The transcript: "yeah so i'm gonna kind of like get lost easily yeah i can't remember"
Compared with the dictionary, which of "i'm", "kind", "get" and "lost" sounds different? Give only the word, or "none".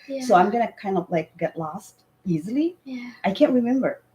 none